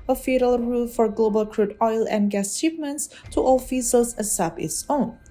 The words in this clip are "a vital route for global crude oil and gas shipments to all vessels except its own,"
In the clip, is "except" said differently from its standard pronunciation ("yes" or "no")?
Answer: yes